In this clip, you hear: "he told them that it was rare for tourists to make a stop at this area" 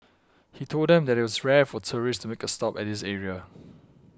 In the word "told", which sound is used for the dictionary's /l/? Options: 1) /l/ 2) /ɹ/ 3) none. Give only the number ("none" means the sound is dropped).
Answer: 1